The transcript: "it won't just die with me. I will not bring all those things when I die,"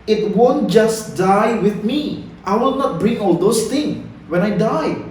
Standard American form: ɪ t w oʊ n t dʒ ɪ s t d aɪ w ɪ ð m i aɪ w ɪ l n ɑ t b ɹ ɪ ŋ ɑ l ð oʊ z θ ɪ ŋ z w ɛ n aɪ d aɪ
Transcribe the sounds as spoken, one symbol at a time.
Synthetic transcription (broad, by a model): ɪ t w oʊ n t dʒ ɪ s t d aɪ w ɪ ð m i aɪ w ɪ l n ɑ t b ɹ ɪ ŋ ɑ l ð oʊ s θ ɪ ŋ w ɛ n aɪ d aɪ